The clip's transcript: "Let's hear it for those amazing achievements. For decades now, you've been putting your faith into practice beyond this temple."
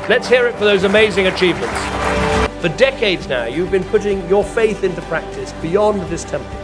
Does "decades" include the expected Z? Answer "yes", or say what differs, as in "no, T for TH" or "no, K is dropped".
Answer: yes